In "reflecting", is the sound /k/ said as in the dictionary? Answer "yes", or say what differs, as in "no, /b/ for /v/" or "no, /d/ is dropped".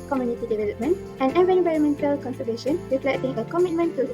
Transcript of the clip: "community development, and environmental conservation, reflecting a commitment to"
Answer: no, /k/ is dropped